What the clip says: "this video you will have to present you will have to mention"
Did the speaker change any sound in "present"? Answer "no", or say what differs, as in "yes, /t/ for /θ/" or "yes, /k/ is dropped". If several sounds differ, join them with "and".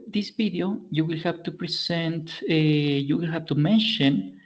yes, /s/ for /z/